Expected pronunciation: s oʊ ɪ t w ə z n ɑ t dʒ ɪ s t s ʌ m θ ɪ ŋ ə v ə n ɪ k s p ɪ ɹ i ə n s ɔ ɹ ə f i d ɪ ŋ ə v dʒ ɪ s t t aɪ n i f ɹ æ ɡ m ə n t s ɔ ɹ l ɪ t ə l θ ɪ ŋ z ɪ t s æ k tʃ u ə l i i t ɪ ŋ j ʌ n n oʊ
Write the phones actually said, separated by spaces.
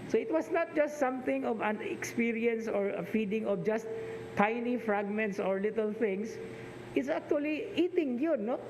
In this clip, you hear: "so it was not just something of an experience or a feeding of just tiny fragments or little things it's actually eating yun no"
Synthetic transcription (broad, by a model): s oʊ ɪ t w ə s n ɑ t dʒ ɪ s t s ʌ m θ ɪ ŋ ə v ə n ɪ k s p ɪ ɹ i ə n s ɔ ɹ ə f i d ɪ ŋ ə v dʒ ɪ s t t aɪ n i f ɹ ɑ ɡ m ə n t s ɔ ɹ l ɪ t ə l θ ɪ ŋ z ɪ t s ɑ k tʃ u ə l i i t ɪ ŋ j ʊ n n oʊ